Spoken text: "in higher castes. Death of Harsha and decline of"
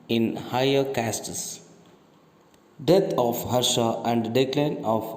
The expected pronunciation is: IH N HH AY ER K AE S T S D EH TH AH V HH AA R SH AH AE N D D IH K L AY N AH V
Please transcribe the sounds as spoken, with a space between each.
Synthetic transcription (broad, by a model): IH N HH AY ER K AE S T S D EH T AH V HH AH R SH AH AE N D D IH K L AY N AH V